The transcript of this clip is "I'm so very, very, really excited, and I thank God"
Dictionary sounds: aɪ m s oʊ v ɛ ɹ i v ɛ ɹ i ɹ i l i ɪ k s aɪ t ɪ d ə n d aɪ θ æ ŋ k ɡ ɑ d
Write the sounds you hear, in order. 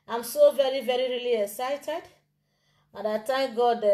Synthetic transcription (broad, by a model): aɪ m s oʊ v ɛ ɹ i v ɛ ɹ i ɹ i l i ɪ k s aɪ t ɪ d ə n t aɪ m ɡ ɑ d